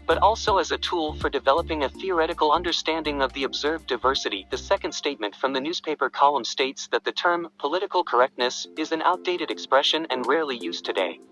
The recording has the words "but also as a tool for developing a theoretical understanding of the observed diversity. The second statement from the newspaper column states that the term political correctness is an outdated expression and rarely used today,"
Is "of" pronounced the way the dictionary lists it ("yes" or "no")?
yes